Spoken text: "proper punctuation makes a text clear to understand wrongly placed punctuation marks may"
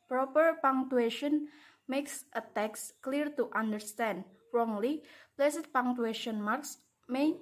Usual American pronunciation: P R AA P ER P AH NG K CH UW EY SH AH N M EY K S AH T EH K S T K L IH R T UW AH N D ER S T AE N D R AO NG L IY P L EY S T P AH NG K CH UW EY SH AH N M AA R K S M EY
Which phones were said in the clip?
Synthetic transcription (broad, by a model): P R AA P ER P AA NG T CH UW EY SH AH N M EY K S AH T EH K S K L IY R T UW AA N D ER S T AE N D R AO NG L IY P L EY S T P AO NG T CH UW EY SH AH N M AA R K S M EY